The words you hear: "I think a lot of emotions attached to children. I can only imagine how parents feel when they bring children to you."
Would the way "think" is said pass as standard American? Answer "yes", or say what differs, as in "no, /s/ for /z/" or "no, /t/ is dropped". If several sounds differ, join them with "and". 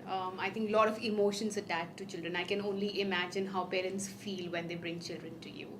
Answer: no, /t/ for /θ/